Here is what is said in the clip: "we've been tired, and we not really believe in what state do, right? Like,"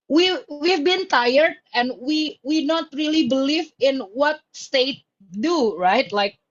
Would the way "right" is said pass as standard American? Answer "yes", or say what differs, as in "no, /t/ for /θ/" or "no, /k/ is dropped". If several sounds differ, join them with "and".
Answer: yes